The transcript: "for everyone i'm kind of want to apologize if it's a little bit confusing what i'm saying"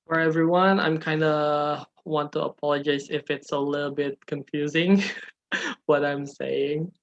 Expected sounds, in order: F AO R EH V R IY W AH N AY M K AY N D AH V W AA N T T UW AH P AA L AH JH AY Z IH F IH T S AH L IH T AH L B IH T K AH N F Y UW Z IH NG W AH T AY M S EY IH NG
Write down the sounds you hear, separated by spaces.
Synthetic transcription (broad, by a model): F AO R EH V R IY W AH N AY M K AY N D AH W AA N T T UW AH P AA L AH JH AY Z IH F IH T S AH L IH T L B IH T K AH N F Y UW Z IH NG W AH T AY M S EY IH NG